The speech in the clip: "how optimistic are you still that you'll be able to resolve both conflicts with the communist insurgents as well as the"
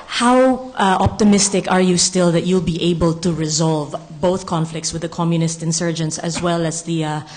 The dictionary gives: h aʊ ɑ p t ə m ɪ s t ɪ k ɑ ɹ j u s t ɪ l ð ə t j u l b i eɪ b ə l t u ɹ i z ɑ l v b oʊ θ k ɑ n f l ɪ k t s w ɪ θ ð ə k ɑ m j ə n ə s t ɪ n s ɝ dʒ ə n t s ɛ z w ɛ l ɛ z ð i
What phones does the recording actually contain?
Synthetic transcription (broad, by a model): h aʊ ɑ p t ə m ɪ s t ɪ k ɑ ɹ j u s t ɪ l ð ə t j u l b i eɪ b ə l t u ɹ i z ɑ l v b oʊ θ k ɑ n f l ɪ k t s w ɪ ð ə k ɑ m j ə n ə s t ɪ n s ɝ dʒ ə n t s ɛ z w ɛ l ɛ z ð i